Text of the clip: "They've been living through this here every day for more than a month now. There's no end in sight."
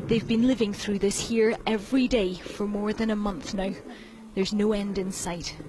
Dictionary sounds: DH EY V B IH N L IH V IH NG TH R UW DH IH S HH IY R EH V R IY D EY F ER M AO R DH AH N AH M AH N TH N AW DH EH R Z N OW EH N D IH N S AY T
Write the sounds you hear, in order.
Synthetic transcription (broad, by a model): DH EY V B IH N L IH V IH NG TH R UW DH IH S HH IY R EH V R IY D EY F ER M AO R DH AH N AH M AH N TH N AW DH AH R Z N OW EH N D IH N S AY T